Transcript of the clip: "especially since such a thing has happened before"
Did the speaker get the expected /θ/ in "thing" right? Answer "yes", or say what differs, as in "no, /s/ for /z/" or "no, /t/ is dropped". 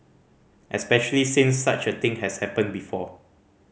no, /t/ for /θ/